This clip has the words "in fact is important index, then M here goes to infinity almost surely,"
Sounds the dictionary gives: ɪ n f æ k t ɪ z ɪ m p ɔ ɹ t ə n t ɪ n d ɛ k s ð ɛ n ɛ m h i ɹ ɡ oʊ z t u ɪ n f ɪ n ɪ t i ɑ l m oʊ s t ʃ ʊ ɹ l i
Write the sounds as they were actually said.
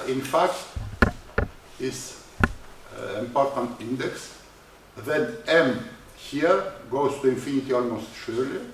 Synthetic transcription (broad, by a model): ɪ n f æ k t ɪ s ɪ m p ɔ ɹ t ə n t ɪ n d ɛ k s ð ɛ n ɛ m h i ɹ ɡ oʊ s t u ɪ n f ɪ n ɪ t i ɑ l m oʊ s t ʃ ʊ ɹ l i